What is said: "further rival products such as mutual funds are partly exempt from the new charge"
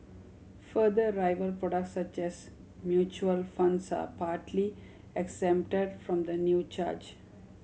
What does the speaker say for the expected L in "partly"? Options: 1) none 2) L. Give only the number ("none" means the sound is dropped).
2